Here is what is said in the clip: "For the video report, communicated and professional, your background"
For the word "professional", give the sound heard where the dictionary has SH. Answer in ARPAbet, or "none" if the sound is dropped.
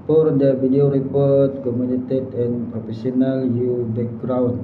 S